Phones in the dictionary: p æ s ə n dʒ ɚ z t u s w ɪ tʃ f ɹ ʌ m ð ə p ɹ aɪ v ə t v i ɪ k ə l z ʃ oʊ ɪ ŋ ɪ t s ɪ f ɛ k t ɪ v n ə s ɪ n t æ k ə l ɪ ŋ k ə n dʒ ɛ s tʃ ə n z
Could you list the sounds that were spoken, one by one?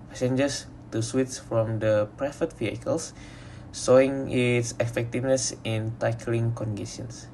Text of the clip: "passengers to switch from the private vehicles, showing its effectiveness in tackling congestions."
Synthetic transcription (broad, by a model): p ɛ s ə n dʒ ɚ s t u s w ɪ s f ɹ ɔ m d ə p ɹ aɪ f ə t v i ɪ k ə l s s oʊ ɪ ŋ ɪ t s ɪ f ɛ k t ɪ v n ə s ɪ n t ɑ k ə l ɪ ŋ k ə n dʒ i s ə n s